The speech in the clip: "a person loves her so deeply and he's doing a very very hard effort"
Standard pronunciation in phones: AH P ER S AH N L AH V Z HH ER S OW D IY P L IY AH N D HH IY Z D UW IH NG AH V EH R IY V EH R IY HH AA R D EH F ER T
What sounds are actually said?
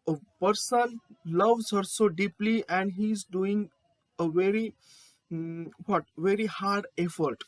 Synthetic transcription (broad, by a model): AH P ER S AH L L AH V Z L S OW D IY P L IY AH N D HH IY Z D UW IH NG AH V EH R IY V EH R IY HH AA R D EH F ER T